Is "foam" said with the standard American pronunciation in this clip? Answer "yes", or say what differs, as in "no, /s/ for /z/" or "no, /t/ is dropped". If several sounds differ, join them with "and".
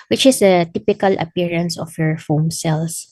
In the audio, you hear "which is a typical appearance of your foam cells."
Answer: yes